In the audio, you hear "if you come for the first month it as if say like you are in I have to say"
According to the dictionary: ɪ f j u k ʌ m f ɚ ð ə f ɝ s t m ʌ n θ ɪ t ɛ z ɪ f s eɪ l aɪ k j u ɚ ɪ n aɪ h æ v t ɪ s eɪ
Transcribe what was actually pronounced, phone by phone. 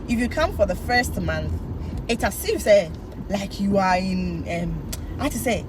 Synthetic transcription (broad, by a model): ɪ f j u k ʌ m f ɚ ð ə f ɝ s t m ʌ n θ ɪ t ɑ s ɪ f s eɪ l aɪ k j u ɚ ɪ n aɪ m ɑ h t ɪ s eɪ